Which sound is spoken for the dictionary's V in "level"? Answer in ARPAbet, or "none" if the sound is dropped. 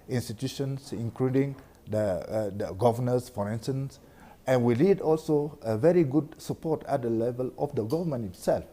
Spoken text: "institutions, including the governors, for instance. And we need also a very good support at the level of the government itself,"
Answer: V